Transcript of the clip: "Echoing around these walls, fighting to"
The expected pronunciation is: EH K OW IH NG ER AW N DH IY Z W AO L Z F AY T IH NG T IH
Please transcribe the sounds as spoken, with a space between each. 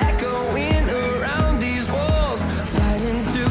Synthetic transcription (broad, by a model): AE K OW IH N ER AW N DH IY Z W AO L Z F AY T IH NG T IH